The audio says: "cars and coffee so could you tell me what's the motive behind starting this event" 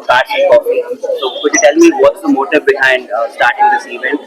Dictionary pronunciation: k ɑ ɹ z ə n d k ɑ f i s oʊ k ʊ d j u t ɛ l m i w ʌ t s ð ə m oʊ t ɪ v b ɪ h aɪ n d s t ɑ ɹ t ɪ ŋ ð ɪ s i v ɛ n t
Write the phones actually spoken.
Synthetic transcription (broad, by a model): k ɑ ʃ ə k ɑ i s oʊ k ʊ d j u t ɛ l m i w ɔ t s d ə m oʊ t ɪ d b ɪ h aɪ n d s t ɑ ɹ t ɪ ŋ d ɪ s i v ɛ n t